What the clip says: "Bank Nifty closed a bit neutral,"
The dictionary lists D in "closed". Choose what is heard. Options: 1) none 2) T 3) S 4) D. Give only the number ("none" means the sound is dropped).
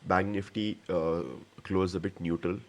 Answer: 1